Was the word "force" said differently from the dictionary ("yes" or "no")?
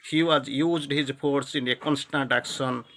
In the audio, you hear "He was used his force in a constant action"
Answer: yes